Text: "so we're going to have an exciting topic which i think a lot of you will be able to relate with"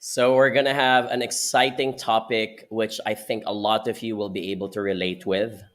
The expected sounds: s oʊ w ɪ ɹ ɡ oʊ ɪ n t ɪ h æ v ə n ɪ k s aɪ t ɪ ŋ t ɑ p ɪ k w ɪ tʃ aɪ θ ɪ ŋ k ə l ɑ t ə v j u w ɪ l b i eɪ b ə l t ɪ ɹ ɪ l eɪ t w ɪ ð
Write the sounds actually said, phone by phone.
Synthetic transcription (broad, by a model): s oʊ w ɪ ɹ ɡ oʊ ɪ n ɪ h æ v ə n ɪ k s aɪ t ɪ ŋ t ɑ p ɪ k w ɪ tʃ aɪ θ ɪ ŋ k ə l ɑ t ə v j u w ɪ l b i eɪ b ə l t ɪ ɹ ɪ l eɪ t w ɪ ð